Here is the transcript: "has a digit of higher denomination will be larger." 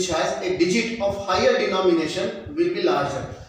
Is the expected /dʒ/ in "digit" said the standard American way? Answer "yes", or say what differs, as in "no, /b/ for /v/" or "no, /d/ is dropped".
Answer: yes